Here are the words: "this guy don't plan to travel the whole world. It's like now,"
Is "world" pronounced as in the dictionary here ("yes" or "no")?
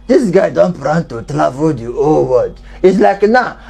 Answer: no